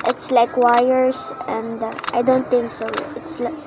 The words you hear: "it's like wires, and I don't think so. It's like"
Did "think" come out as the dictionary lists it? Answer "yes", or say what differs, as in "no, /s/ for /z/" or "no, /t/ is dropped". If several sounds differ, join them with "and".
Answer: no, /t/ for /θ/